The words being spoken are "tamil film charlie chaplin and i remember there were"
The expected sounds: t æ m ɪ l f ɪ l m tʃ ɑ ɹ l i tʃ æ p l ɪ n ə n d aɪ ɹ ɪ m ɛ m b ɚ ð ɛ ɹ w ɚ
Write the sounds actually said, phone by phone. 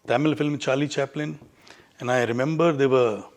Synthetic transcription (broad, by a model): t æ m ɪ l f ɪ l m tʃ ɑ ɹ l i tʃ æ p l ɪ n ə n aɪ ɹ ɪ m ɛ m b ɚ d ɛ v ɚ